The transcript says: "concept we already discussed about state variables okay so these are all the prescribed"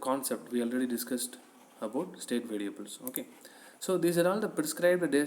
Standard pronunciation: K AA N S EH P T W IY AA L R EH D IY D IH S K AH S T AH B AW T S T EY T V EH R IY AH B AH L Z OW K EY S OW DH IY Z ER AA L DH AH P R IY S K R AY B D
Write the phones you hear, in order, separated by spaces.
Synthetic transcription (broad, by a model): K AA N S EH P T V IY AA L R EH D IY D IH S K AH S T AH B AW T S T EY T V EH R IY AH B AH L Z OW K EY S OW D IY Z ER AA L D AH P R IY S K R AY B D